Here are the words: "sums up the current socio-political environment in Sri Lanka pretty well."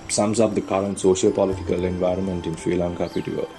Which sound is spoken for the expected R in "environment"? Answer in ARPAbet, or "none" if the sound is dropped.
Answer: R